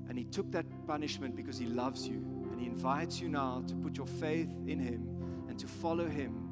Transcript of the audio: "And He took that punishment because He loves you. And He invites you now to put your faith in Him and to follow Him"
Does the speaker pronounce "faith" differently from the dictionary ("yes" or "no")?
no